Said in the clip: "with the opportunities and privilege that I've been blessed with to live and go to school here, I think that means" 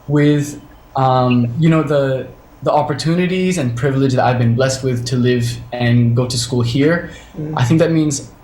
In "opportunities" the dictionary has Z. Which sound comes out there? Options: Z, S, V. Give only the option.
Z